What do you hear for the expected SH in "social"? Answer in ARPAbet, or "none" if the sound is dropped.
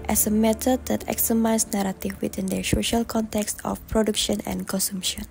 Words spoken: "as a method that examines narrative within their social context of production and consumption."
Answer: SH